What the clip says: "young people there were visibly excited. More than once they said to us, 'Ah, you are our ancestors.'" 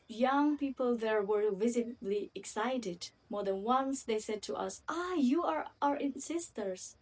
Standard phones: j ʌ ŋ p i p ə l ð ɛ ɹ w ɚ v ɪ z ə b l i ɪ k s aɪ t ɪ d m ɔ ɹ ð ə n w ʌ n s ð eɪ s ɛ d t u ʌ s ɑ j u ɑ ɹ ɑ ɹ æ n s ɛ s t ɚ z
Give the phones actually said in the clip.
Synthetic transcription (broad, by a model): j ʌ ŋ p i p ə l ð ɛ ɹ w ɚ v ɪ z ə b l i ɪ k s aɪ t ɪ d m ɔ ɹ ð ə n w ʌ n s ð eɪ s ɛ d t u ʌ s ɑ j u ɑ ɹ ɑ ɹ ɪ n s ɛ s t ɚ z